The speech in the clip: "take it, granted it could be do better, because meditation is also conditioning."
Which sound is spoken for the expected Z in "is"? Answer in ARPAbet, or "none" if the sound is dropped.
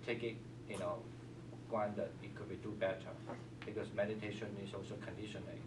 S